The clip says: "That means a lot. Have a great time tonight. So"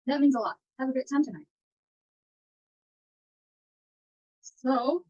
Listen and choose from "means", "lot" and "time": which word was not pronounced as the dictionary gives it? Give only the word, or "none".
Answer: none